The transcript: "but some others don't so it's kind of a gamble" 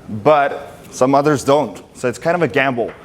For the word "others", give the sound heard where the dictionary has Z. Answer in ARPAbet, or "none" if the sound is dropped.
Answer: Z